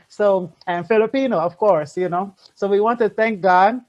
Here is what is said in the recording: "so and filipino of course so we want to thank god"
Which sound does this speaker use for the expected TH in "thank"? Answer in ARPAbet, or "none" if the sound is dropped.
TH